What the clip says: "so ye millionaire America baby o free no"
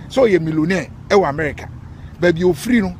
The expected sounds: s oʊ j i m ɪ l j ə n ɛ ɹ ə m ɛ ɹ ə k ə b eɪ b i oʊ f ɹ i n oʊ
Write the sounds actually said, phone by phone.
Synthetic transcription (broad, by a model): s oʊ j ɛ m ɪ l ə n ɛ w ə m ɛ ɹ ə k ə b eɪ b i oʊ f ɹ i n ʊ